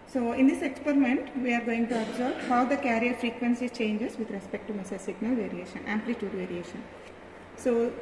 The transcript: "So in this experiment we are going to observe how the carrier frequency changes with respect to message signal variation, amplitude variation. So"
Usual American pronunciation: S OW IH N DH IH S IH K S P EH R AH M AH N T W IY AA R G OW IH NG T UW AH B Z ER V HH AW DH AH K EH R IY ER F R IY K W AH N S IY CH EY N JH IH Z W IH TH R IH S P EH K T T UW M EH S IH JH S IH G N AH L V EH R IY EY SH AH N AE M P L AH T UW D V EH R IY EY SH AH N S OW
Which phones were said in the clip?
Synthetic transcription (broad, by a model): S OW IH N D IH S IH K S P EH R AH M AH N T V IY AA R G OW IH NG T UW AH B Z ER B HH AW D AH K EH R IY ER F R IY K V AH N S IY CH EY N JH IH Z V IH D R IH S P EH K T T UW M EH S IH S IH G N AH L V EH R IY EY SH AH N AE M P L AH T UW D V EH R IY EY SH AH N S OW